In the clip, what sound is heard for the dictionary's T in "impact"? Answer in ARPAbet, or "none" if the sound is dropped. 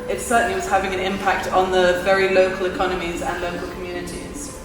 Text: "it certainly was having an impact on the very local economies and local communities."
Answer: T